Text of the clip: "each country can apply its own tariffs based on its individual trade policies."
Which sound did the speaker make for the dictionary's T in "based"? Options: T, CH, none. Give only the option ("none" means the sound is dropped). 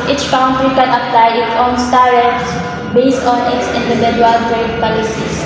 T